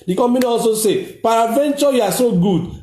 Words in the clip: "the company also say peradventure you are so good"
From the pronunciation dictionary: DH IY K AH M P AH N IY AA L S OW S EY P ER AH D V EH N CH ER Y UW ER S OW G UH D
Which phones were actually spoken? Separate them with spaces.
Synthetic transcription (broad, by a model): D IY K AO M AH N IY AA L S OW S EY P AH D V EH N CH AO Y UW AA S OW G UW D